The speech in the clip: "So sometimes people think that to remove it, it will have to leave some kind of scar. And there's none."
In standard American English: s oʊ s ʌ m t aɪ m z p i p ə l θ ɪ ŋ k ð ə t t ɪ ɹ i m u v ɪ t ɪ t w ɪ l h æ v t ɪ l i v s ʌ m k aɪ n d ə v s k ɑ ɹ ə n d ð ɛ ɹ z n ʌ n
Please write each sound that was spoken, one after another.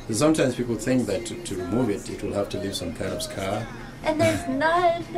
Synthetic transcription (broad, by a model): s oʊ s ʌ m t aɪ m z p i p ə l θ ɪ ŋ k ð ə t t ɪ ɹ i m u v ɪ t ɪ t w ɪ l h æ f t ɪ l i v s ʌ m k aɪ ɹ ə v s k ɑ ɹ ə n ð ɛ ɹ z n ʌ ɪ